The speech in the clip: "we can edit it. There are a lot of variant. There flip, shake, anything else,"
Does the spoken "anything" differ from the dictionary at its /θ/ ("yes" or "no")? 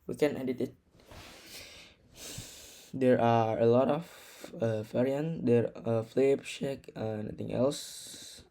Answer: yes